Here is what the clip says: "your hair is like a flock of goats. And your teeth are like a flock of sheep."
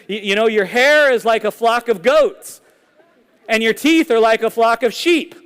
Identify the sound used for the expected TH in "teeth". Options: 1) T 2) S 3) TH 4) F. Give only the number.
3